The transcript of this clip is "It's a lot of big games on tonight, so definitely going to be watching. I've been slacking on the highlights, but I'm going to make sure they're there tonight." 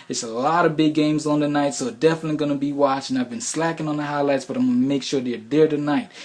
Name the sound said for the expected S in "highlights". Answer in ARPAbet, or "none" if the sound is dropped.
S